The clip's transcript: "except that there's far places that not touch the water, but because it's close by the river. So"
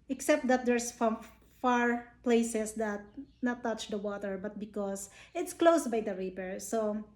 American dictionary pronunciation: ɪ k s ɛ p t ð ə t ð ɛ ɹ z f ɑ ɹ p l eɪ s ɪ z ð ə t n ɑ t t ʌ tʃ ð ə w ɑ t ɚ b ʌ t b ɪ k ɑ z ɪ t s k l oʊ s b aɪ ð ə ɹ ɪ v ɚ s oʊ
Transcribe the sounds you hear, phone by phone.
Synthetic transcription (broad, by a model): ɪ k s ɛ p t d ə t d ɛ ɹ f f ɑ ɹ p l eɪ s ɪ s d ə t n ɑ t t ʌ tʃ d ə w ɑ t ɚ b ʌ t b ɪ k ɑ s ɪ t s k l oʊ s b aɪ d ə ɹ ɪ p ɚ s oʊ